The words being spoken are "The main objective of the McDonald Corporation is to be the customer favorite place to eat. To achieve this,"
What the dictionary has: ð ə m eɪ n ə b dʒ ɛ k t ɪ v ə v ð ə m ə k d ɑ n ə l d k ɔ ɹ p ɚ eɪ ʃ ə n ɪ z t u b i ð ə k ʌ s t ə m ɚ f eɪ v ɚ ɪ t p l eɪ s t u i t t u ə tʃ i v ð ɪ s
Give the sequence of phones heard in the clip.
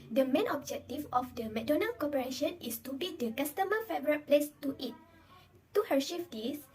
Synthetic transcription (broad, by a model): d ə m eɪ n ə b dʒ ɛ k t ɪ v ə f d ə m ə d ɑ n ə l k ɔ p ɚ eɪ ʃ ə n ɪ s t u b i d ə k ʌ s t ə m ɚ f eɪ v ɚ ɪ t p l eɪ s t u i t t u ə ʃ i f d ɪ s